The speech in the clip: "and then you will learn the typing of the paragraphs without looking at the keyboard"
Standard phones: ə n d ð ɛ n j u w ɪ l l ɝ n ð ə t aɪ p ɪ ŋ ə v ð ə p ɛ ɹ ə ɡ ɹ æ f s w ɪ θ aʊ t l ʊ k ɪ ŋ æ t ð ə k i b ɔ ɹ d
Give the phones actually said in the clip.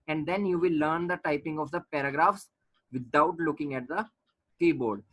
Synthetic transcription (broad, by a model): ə n d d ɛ n j u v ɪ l l ɝ n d ə t aɪ p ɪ ŋ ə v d ə p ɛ ɹ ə ɡ ɹ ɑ f s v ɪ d aʊ t l ʊ k ɪ ŋ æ t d ə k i b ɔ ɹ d